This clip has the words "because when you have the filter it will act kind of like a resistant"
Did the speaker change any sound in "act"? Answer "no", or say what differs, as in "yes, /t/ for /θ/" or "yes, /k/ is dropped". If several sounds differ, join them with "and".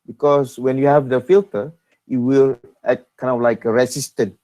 yes, /k/ is dropped